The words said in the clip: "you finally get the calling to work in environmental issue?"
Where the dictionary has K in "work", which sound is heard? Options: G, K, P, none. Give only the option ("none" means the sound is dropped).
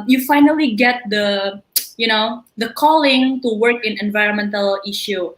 K